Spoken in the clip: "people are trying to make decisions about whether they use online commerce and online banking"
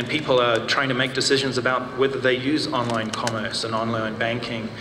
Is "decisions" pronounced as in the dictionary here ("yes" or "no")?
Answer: yes